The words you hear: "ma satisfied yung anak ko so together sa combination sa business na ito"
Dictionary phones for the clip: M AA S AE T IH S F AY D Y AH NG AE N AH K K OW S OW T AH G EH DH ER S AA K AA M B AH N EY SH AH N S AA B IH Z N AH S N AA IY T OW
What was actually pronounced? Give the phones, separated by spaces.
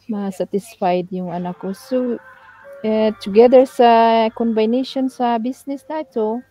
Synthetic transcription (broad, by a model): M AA S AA T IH S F AY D Y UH NG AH N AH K K OW S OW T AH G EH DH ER S AA K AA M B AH N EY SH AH N S AA B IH S N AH S N AA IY T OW